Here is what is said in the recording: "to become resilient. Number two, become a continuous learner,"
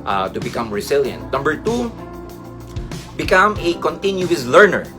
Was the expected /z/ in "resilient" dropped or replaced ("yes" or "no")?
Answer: yes